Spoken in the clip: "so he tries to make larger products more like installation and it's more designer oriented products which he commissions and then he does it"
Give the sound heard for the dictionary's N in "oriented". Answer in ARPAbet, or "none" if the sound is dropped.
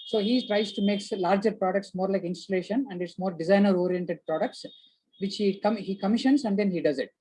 N